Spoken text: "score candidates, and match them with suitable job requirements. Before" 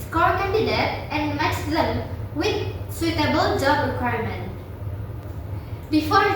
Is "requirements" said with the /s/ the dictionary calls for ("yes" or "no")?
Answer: no